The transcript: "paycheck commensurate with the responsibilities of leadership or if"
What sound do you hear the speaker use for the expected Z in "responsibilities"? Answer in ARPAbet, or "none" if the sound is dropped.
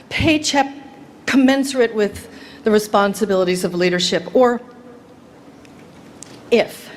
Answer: Z